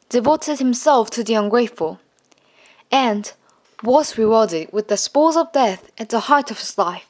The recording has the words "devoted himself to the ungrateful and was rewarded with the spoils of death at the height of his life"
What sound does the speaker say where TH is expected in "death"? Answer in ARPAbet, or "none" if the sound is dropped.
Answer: TH